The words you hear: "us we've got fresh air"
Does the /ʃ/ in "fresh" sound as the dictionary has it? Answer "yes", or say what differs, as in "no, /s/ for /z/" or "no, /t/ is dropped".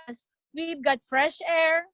yes